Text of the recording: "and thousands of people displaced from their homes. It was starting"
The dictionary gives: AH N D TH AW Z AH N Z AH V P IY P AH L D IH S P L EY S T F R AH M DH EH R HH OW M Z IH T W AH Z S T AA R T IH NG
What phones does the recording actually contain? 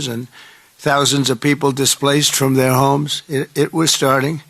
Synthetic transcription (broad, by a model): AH N TH AW Z AH N Z AH V P IY P L D IH S P L EY S T F R AH M DH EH R HH OW M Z IH T W AH Z S T AA R T IH NG